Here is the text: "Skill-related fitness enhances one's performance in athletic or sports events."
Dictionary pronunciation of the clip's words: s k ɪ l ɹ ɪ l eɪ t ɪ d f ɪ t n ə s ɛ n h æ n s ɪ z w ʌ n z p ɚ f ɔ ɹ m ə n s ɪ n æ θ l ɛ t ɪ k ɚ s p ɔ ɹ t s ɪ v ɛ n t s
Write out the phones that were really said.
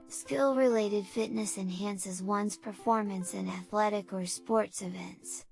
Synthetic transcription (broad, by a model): s k ɪ l ɹ ɪ l eɪ t ɪ d f ɪ t n ə s ɛ n h æ n s ɪ z w ʌ n z p ɚ f ɔ ɹ m ə n s ɪ n æ θ l ɛ t ɪ k ɚ s p ɔ ɹ t s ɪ v ɛ n t s